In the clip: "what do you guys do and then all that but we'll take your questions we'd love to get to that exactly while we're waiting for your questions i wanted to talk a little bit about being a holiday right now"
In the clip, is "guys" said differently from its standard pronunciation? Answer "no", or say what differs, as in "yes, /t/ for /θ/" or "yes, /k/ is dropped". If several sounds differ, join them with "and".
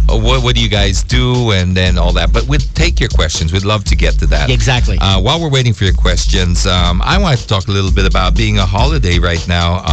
no